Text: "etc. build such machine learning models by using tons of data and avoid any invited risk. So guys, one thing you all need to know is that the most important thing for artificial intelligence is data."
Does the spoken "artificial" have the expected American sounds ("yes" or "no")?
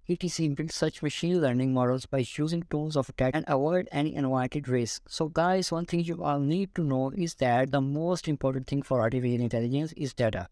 no